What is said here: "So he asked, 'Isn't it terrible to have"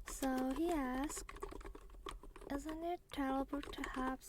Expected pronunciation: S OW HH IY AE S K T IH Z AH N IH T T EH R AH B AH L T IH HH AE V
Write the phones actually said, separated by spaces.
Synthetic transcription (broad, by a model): S OW HH IY AE S K T IH Z AH N IH T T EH L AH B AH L T IH HH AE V